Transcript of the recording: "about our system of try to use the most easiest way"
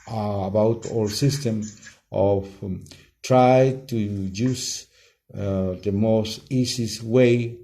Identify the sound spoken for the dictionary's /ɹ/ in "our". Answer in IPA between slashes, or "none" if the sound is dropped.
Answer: /l/